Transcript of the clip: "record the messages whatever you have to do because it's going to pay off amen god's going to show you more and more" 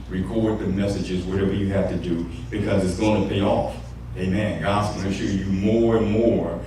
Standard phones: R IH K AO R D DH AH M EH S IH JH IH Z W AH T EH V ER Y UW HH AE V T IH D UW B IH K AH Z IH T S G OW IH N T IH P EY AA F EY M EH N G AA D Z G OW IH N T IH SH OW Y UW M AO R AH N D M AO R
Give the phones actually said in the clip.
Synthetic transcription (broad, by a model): R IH K AO R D DH AH M EH S IH JH IH Z W AH T EH V ER Y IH HH AE F T IH D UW B IH K AH Z IH T S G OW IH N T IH P EY AA F EY M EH N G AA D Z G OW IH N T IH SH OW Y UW M AO R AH N M AO R